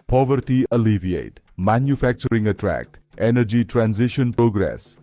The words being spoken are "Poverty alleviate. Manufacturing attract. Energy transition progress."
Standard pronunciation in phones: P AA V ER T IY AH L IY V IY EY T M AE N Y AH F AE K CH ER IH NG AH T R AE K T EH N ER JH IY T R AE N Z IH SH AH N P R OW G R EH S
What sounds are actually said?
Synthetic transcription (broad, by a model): P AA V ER T IY AH L IY V IY EY T M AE N Y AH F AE K CH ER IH NG AH T R AE K T EH N ER JH IY T R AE N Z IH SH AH N P R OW G R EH S